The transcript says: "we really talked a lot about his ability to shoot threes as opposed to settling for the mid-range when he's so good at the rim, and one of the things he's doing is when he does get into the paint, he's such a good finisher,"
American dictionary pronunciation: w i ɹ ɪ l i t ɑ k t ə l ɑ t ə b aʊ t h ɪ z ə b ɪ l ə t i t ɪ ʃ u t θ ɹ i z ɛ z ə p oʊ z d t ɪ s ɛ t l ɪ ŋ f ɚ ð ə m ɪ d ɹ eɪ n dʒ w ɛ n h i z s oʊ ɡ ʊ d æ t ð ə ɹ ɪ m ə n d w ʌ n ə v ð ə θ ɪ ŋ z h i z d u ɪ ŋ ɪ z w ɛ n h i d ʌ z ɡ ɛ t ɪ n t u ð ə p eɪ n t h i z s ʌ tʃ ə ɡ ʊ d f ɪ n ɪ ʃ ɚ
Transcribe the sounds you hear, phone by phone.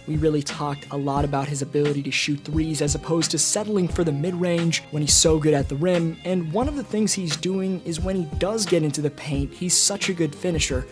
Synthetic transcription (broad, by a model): w i ɹ ɪ l i t ɑ k t ə l ɑ t ə b aʊ t h ɪ z ə b ɪ l ə t i t ɪ ʃ u t θ ɹ i z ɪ z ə p oʊ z t ɪ s ɛ t l ɪ ŋ f ɚ ð ə m ɪ d ɹ eɪ n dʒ w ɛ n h i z s oʊ ɡ ʊ d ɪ t ð ə ɹ ɪ m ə n w ʌ n ə v ð ə θ ɪ ŋ z h i z d u ɪ ŋ ɪ z w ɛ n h i d ʌ z ɡ ɛ t ɪ n t u ð ə p eɪ n t h i z s ʌ tʃ ə ɡ ʊ d f ɪ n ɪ ʃ ɚ